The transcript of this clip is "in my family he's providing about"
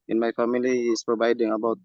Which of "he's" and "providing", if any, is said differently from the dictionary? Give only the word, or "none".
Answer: he's